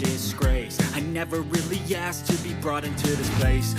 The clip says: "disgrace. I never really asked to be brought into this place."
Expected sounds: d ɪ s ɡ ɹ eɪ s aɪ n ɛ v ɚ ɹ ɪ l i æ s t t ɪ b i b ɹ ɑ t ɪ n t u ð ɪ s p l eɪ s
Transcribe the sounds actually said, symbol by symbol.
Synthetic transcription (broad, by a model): ɪ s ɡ ɹ eɪ s aɪ n ɛ v ɚ ɹ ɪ l i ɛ s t t ɪ b i b ɹ ɑ t ɪ n t u ð ɪ s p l eɪ s